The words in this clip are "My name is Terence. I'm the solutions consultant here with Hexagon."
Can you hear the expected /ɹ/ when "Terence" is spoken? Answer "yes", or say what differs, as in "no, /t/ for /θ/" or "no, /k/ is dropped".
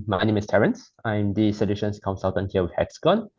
yes